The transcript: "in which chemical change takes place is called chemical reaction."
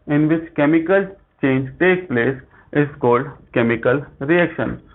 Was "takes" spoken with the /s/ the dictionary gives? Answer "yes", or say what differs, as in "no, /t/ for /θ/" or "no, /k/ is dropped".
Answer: no, /s/ is dropped